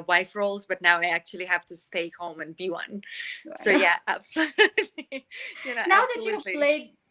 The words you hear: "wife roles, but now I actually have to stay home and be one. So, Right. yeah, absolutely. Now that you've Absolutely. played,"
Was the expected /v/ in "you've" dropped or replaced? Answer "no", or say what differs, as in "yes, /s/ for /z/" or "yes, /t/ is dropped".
yes, /v/ is dropped